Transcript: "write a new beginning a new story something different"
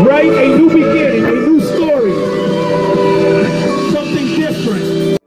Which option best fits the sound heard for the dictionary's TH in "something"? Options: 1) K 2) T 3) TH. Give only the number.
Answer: 3